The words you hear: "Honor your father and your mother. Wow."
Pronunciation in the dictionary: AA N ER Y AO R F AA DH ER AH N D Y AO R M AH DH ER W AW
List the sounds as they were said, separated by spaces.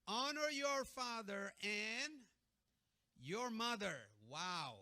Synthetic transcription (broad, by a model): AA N ER Y AO R F AA DH ER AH N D Y AO R M AH DH ER W AW